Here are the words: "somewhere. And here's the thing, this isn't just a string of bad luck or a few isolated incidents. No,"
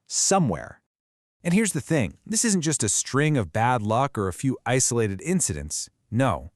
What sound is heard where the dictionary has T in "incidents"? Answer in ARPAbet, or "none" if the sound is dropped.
T